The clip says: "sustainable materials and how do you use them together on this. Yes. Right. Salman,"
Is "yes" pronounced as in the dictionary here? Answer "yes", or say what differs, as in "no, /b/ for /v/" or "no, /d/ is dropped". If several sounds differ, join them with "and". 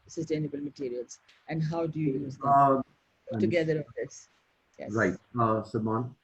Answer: no, /s/ is dropped